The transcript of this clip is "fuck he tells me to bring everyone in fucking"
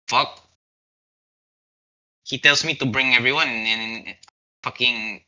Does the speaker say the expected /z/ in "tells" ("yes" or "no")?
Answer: no